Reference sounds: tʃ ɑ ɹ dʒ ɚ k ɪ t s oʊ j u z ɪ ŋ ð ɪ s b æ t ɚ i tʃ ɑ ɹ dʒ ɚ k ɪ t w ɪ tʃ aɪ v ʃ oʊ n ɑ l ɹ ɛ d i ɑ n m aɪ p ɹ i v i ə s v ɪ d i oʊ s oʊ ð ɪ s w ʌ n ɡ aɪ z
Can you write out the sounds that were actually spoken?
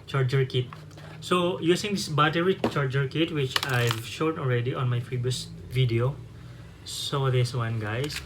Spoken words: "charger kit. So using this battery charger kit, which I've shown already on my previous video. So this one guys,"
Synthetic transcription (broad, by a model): tʃ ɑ ɹ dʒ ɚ k ɪ t s oʊ j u s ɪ ŋ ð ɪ s b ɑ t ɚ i tʃ ɑ ɹ dʒ ɚ k ɪ t w ɪ tʃ aɪ v ʃ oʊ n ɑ l ɹ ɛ d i ɑ n m aɪ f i b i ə s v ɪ d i oʊ s oʊ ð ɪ s w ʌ n ɡ aɪ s